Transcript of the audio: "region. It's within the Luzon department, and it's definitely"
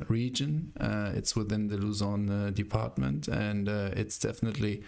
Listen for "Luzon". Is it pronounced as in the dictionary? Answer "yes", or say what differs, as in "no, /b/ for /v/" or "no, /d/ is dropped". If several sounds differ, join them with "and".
yes